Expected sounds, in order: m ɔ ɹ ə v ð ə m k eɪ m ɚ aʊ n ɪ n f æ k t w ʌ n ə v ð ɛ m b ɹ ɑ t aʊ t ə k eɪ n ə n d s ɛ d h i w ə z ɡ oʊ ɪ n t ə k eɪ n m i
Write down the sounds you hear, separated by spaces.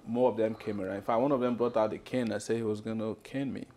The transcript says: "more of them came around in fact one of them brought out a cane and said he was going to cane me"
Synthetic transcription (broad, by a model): m ɔ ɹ ə v ð ə m k eɪ m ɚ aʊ ɪ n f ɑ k w ʌ n ə v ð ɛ m b ɹ ɑ t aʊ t ə k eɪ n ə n s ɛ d h i w ə z ɡ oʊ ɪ n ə k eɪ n m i